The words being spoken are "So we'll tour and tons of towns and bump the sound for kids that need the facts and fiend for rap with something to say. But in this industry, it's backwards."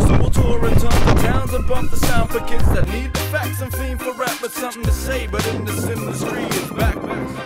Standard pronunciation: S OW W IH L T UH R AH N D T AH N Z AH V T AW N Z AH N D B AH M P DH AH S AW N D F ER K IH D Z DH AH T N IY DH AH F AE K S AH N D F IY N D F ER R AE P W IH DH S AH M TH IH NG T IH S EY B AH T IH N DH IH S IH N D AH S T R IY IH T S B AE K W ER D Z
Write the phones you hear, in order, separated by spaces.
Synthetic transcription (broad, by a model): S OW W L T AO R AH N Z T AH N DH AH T AW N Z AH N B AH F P DH AH S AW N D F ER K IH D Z DH AH T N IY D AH F AE K S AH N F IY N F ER R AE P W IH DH S AH M TH IH NG T IH S EY B AH T IH N DH IH S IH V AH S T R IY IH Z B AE K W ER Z